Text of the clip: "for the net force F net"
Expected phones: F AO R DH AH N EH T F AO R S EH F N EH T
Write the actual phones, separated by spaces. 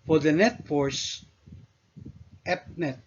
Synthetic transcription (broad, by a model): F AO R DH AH N EH T F AO R S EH P N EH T